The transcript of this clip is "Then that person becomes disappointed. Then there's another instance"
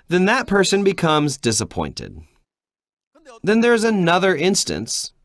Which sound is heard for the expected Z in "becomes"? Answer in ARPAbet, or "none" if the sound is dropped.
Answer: Z